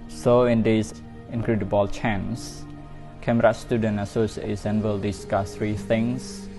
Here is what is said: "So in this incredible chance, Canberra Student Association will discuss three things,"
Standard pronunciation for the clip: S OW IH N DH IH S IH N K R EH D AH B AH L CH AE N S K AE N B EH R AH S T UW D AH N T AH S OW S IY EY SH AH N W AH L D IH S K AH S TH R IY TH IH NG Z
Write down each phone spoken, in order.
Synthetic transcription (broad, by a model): S OW IH N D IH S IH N K R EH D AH B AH L CH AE N S K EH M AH R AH S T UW D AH N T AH S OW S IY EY S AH N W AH L D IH S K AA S R IY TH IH NG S